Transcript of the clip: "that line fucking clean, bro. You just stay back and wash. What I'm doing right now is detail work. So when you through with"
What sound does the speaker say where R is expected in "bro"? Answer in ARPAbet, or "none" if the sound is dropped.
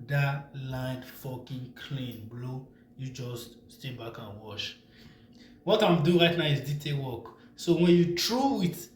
L